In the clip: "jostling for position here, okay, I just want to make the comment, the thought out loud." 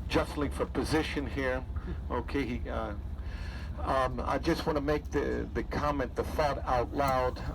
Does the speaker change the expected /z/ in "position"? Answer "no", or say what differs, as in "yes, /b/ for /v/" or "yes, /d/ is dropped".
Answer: no